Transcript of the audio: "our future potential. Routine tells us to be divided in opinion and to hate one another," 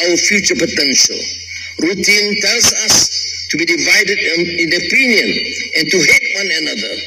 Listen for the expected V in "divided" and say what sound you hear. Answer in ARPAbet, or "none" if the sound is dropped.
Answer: V